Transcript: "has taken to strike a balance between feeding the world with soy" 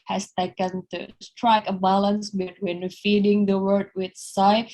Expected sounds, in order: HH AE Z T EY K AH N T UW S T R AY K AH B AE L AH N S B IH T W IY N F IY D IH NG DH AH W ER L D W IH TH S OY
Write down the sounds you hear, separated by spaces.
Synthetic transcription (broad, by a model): HH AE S T EY K AH N T UW S T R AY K AH B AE L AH N S B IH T W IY N F IY D IH NG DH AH W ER D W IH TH S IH